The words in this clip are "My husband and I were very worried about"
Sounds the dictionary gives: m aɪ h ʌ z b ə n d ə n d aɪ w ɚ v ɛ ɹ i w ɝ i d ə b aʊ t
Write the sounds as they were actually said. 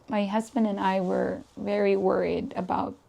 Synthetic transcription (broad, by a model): m aɪ h ʌ z b ə n d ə n aɪ w ɚ v ɛ ɹ i w ɝ i d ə b aʊ t